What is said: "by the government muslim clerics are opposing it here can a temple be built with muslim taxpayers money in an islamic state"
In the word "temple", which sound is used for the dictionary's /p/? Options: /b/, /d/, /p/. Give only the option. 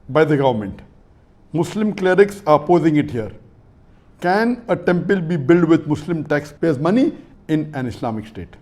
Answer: /p/